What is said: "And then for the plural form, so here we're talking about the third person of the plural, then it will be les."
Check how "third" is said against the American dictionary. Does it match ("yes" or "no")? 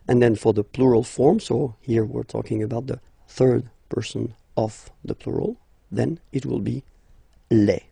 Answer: yes